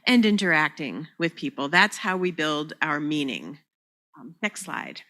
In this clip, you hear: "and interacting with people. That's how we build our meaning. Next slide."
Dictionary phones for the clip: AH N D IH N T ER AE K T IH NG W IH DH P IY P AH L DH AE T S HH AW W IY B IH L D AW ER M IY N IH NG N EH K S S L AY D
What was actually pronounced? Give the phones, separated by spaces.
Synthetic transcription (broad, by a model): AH N IH N T ER AE K T IH NG W IH DH P IY P L DH AE T S HH AW W IY B IH L D AW ER M IY N IH NG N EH K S S L AY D